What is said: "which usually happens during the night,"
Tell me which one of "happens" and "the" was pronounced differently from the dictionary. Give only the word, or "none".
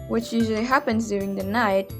none